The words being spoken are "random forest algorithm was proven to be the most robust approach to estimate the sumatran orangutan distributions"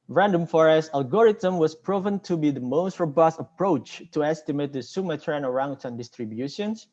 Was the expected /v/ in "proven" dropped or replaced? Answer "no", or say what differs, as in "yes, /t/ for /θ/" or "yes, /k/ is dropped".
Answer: no